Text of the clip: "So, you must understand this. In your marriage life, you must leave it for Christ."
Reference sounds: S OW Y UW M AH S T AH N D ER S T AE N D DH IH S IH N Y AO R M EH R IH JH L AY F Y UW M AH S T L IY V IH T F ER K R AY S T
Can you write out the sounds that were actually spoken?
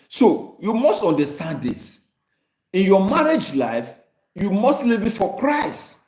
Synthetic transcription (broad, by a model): S OW Y UW M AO S T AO N D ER S T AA N D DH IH S IH N Y AO M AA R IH JH L AY F Y UW M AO S T L IY V IH T F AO K R AY S T